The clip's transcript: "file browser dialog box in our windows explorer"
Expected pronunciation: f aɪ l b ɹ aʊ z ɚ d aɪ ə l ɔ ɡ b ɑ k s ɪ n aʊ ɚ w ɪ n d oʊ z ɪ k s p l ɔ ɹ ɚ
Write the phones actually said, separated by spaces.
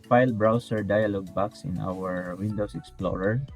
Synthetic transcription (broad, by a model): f aɪ l b ɹ aʊ s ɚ d aɪ ə l ɔ ɡ b ɑ k s ɪ n aʊ ɚ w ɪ n d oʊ s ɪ k s p l ɔ ɹ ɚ